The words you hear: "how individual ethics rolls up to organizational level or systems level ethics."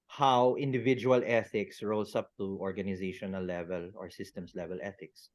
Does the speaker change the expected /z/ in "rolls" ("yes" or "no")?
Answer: yes